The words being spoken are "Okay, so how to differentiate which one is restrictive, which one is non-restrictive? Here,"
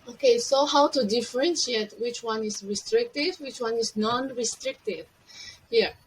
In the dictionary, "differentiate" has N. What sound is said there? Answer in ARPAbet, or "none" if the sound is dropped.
N